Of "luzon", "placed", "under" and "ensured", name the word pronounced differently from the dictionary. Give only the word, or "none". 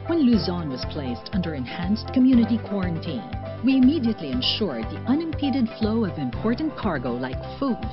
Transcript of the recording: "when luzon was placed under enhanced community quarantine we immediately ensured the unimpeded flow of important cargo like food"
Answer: none